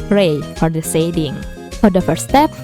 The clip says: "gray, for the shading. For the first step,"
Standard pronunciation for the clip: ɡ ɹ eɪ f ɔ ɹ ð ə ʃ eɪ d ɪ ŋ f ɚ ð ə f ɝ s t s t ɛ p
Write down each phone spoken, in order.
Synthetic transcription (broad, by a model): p ɹ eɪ f ɔ ɹ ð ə s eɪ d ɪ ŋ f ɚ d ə f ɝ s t s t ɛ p